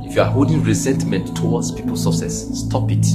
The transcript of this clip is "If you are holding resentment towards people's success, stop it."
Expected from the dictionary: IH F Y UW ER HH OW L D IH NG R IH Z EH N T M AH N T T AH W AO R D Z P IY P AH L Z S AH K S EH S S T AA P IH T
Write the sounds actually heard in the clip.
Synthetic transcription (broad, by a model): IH F Y UW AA HH OW L D IH NG R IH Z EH N T M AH N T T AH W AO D S P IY P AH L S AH S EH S S T AA P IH T